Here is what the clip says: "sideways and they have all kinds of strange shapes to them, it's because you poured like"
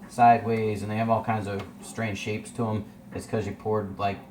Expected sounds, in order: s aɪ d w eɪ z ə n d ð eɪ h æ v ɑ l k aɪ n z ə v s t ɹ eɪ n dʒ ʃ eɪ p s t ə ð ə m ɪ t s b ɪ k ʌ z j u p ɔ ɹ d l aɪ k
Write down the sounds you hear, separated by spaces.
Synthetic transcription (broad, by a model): s aɪ d w eɪ z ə n ð eɪ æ v ɑ l k aɪ n z ə v s t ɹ eɪ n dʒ ʃ eɪ p s t ə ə m ɪ t s k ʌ z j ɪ p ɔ ɹ d l aɪ k